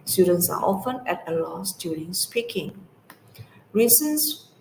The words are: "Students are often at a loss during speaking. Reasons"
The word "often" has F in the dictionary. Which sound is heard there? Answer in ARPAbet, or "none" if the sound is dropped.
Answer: F